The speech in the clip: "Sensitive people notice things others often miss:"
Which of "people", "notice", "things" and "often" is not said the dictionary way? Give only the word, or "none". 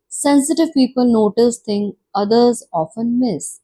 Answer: things